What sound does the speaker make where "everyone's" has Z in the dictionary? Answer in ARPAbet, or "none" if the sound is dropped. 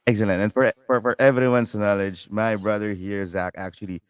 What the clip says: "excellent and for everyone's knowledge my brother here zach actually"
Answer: S